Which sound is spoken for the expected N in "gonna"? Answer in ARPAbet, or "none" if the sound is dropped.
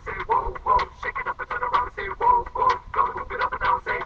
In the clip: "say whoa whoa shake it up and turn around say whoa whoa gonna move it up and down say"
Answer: none